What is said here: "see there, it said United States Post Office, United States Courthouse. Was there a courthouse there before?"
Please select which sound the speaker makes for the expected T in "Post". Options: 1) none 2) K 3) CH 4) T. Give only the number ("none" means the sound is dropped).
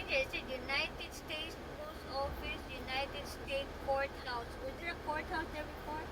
1